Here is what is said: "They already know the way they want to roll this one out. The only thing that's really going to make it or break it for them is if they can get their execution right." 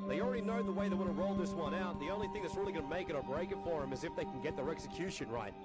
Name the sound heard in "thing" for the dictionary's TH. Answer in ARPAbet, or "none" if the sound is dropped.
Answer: TH